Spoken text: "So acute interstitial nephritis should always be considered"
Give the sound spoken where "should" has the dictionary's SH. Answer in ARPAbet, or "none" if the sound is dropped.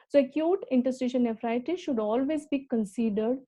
SH